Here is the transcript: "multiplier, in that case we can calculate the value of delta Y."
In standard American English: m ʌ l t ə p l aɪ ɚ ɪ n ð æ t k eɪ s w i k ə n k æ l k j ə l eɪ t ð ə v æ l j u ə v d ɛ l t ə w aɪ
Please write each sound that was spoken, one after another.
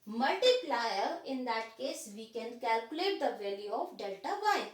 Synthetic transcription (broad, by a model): m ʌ l t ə p l aɪ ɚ ɪ n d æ t k eɪ s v i k ə n k æ l k j ə l eɪ t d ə v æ l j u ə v d ɛ l t ə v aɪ